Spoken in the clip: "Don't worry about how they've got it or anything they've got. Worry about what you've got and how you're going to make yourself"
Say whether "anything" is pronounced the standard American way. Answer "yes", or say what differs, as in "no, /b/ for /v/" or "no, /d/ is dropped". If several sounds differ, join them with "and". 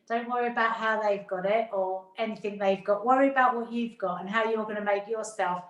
yes